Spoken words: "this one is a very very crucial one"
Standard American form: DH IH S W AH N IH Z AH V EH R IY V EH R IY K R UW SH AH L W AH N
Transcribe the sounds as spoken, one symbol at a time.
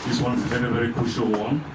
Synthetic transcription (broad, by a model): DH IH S W AH N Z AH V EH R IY V EH R IY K UW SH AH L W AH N